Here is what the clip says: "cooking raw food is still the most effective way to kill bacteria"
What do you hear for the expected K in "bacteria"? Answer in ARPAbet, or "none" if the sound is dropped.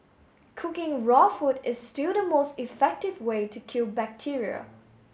K